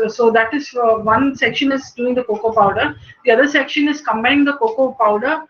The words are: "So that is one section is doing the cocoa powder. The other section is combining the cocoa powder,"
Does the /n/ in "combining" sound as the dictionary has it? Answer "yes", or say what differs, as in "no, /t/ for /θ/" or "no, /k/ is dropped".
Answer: no, /n/ is dropped